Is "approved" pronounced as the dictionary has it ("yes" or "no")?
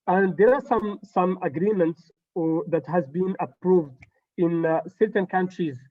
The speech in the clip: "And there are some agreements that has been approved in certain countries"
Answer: yes